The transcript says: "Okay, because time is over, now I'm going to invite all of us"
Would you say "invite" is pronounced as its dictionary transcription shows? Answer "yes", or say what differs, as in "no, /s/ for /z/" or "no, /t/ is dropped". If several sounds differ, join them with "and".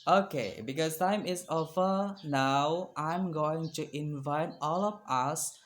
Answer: yes